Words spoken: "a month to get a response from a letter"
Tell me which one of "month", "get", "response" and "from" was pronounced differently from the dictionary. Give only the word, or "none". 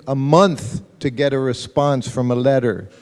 none